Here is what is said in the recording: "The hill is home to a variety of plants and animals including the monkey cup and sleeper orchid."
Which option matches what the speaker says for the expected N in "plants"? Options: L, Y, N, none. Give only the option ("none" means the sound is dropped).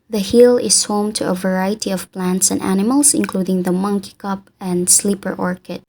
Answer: N